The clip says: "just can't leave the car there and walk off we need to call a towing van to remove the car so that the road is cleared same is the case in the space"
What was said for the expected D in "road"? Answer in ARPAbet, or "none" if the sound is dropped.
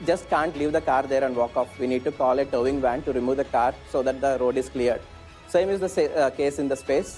D